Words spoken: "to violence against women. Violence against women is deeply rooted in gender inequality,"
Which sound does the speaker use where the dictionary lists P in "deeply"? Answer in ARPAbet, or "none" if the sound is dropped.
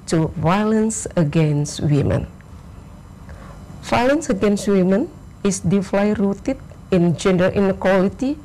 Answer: F